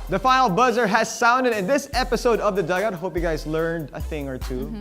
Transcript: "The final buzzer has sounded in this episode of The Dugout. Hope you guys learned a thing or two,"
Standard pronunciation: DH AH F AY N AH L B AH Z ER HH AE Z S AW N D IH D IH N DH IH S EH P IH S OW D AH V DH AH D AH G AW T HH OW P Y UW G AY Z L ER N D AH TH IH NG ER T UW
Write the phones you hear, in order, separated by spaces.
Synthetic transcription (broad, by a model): DH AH F AY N L B AH Z ER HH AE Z S AW N D IH D IH N DH IH S EH P IH S OW D AH V DH AH D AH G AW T HH OW P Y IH G AY Z L ER N D AH TH IH NG ER T UW